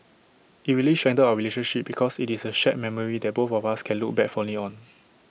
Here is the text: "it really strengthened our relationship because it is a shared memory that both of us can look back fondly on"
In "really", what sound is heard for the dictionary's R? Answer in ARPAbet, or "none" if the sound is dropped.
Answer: W